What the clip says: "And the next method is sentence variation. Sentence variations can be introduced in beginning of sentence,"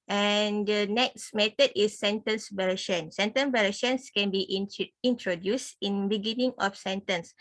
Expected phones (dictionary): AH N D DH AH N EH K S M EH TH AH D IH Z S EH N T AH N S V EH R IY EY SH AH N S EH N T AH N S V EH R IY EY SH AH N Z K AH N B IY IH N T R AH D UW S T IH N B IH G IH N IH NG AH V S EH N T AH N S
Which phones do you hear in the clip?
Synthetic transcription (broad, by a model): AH N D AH N EH K S M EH T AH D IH S EH N T AH N S B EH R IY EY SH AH N S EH N T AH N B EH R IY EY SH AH N S K AH N B IY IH N T R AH D UW S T IH N B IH G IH N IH NG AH F S EH N T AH N S